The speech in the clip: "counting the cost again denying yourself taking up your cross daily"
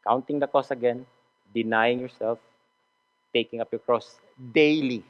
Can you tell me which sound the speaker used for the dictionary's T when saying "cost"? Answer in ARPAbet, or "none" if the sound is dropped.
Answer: none